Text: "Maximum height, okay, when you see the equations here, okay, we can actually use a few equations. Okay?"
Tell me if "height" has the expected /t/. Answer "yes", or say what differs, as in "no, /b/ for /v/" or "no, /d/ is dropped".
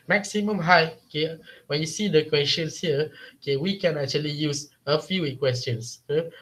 no, /t/ is dropped